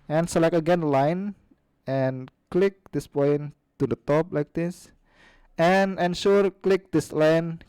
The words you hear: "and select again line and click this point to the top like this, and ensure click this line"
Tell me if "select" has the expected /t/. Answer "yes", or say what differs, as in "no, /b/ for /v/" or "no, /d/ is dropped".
no, /t/ is dropped